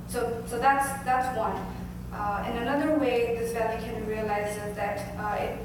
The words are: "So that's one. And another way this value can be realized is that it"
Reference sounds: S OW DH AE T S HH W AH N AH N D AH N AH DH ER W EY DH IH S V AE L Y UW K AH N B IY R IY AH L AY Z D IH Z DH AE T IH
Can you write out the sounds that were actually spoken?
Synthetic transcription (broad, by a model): S OW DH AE T S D W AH N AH N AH N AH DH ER W EY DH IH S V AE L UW K AH N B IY R IY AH L AY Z IH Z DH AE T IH